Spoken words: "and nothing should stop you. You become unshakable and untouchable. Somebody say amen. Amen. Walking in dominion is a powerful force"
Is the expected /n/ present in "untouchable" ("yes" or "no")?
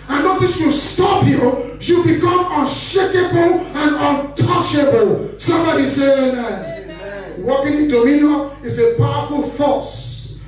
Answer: yes